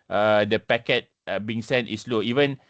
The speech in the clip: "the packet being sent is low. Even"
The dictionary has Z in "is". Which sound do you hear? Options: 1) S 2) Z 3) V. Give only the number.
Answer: 1